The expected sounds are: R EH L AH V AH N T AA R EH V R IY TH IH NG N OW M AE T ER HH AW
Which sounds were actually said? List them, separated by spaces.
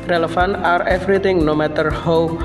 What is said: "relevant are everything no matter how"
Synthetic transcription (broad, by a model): R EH L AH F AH N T AA R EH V R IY T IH NG N OW M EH T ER HH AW